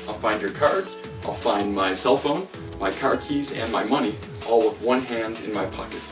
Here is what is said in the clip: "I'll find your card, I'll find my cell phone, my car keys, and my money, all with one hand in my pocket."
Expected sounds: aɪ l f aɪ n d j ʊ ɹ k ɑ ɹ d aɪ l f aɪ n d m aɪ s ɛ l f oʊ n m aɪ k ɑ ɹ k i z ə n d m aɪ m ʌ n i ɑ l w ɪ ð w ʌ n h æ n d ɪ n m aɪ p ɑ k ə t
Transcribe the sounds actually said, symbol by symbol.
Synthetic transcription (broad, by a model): aɪ l f aɪ n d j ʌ ɹ k ɑ ɹ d aɪ l f aɪ n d m aɪ s ɛ l f oʊ n m aɪ k ɑ ɹ k i z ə n m aɪ m ʌ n i ɑ l w ɪ ð w ʌ n h æ n d ɪ n m aɪ p ɑ k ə t